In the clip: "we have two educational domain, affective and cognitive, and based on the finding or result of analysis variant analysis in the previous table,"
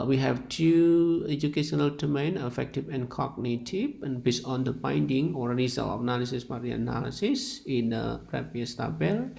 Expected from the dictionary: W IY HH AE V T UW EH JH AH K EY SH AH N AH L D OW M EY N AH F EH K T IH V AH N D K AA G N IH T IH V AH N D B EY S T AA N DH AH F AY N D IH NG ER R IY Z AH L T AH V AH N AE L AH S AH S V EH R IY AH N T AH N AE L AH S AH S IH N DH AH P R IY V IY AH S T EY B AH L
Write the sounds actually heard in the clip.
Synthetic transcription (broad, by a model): W IY HH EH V T UW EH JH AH K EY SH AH N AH L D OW M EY N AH F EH K T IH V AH N K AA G N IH T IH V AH N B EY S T AA N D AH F AY N D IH NG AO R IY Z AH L AH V N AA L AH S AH S P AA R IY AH N AH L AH S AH S IH N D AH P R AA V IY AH S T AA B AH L